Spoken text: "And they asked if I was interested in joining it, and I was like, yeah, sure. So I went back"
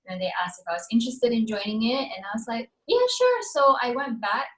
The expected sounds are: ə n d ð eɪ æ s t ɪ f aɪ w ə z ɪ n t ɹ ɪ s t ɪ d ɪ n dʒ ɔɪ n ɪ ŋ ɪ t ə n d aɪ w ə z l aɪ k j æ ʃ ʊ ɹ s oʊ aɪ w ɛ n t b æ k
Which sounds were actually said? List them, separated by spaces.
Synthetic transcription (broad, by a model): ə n ð eɪ æ s t ɪ f aɪ w ə z ɪ n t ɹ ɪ s t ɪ d ɪ n dʒ ɔɪ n ɪ ŋ ɪ t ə n aɪ w ə z l aɪ k j æ ʃ ʊ ɹ s oʊ aɪ w ɛ n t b æ k